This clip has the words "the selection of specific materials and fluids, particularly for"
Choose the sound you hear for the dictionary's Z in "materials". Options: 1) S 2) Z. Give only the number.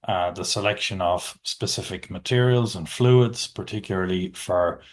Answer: 2